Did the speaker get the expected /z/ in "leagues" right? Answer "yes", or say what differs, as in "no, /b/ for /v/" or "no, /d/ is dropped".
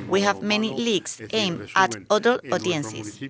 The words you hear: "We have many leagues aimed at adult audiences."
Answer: no, /s/ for /z/